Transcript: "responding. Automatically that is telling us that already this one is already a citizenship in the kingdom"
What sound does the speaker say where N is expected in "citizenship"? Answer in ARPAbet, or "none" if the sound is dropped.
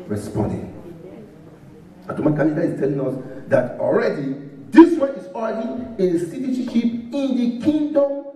none